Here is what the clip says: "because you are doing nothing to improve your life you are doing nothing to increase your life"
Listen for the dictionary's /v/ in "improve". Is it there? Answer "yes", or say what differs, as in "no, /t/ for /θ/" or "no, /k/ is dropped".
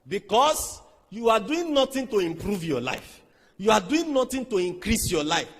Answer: yes